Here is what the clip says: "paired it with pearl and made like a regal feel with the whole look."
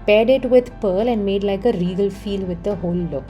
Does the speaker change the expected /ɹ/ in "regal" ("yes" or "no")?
no